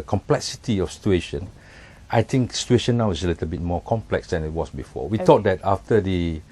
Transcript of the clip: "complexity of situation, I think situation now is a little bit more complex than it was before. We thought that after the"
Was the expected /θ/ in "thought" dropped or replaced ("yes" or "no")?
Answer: yes